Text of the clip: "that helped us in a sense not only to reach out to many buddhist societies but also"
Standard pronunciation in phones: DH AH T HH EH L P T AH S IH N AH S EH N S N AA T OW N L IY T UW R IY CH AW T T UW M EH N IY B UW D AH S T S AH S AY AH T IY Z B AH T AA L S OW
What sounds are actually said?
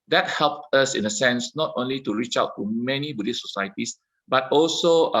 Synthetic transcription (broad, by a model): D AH T HH EH L P T AH S IH N AH S EH N S N AA T OW N L IY T UW R IY CH AW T T UW M EH N IY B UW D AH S S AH S AY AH T IY S B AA T AA L S OW